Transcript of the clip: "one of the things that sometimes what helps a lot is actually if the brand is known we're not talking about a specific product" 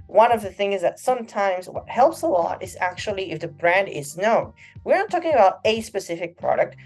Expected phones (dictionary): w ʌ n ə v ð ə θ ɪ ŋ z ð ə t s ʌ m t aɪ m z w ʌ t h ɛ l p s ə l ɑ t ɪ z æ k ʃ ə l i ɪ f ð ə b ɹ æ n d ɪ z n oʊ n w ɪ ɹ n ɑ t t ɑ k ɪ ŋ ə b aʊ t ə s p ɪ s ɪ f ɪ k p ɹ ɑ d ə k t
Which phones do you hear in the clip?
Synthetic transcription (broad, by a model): w ʌ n ə v ð ə θ ɪ ŋ z ð ə t s ʌ m t aɪ m z w ʌ t h ɛ l p s ə l ɑ t ɪ z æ k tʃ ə l i ɪ f ð ə b ɹ æ n d ɪ z n oʊ n w ɪ ɹ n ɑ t t ɑ k ɪ ŋ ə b aʊ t ə s p ɪ s ɪ f ɪ k p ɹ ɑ d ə k t